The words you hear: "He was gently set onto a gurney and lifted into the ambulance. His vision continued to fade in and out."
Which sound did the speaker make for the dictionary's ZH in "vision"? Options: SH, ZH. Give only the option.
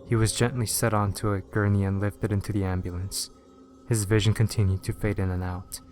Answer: ZH